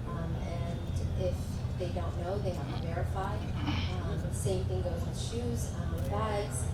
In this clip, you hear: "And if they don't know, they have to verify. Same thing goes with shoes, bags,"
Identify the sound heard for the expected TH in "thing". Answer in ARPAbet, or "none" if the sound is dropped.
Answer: TH